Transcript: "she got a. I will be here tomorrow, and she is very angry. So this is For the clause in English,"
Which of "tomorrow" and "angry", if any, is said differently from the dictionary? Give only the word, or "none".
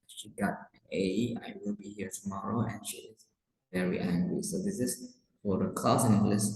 none